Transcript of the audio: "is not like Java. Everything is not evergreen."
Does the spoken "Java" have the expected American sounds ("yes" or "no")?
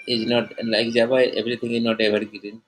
no